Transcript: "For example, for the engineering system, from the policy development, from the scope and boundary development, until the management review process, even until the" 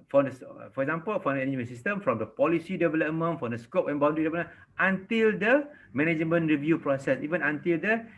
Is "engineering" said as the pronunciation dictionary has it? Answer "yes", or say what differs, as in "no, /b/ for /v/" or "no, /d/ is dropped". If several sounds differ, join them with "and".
no, /dʒ/ is dropped